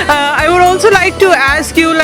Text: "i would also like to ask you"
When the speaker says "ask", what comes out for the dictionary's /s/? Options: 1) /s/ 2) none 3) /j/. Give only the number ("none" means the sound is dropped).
1